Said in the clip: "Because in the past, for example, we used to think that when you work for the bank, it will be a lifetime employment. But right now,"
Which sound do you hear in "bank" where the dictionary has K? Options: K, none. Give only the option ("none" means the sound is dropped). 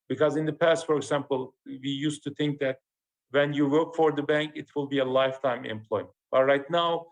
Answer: K